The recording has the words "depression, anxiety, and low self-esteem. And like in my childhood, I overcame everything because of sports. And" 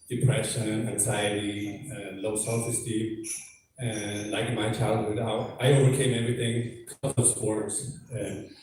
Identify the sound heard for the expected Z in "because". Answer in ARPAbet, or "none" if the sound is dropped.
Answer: none